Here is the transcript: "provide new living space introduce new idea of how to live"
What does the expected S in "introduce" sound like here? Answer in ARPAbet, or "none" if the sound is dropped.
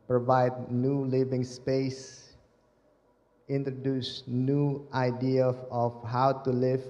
S